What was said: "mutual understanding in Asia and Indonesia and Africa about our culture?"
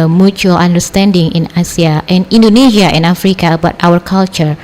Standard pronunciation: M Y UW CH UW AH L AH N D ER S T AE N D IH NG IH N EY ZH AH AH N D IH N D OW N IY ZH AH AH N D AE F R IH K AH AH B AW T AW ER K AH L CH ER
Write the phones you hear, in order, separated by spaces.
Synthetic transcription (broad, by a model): M Y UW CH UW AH L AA N D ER S T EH N D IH NG IH N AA S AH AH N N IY N D OW N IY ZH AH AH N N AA F R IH K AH AH B AW T AW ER K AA L CH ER